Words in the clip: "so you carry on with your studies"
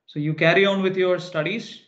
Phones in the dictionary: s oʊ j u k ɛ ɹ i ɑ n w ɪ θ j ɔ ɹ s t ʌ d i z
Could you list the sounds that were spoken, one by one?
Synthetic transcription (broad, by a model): s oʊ j u k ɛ ɹ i ɑ n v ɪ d j ɔ ɹ s t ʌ d i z